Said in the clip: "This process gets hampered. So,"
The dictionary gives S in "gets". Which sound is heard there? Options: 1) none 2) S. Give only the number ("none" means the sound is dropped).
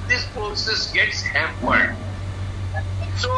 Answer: 2